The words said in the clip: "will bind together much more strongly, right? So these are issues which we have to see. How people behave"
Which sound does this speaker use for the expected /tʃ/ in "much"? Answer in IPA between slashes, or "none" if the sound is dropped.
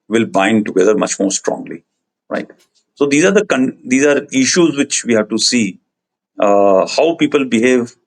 /tʃ/